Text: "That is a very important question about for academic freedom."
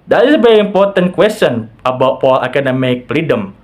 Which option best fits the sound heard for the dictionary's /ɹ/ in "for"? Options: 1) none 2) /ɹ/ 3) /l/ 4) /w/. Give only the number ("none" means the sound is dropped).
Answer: 3